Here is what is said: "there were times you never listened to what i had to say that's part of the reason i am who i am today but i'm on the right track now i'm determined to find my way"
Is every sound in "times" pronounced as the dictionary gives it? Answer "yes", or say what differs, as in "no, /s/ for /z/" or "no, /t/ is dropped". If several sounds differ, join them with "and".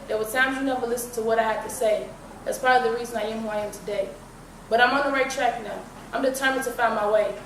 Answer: no, /s/ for /t/